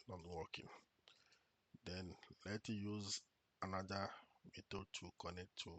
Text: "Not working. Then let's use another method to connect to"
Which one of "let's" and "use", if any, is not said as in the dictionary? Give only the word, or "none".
let's